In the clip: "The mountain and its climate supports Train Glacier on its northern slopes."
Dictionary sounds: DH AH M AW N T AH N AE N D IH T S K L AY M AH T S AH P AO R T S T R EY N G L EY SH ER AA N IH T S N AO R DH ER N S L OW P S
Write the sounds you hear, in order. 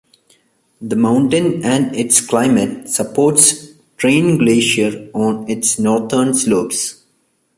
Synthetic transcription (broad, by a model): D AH M AW N T AH N AE N D IH T S K L AY M AH T S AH P AO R T S T R EY N G L EY SH ER AA N IH T S N AO R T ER N S L OW P S